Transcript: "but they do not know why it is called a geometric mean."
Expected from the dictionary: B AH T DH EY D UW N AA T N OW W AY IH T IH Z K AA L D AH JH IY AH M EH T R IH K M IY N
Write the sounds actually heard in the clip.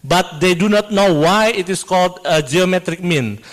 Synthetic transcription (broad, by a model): B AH T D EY D UW N AA T N OW W AY IH T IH S K AA L D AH JH IY AH M EH T R IH K M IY N